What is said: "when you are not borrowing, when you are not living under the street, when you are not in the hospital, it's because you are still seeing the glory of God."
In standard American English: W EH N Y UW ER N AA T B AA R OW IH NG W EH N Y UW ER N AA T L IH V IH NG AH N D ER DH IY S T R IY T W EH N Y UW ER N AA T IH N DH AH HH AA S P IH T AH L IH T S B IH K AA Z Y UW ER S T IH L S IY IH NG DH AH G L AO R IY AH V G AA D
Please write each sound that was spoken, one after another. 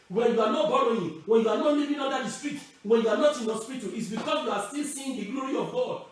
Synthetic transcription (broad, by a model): W EH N Y UW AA N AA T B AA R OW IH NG W EH N Y UW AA N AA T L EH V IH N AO D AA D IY S T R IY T W EH N Y UW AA N AA T IH N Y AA S P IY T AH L IH T S B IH K AA S Y UW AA S T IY L S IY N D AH G L AO R IY AH V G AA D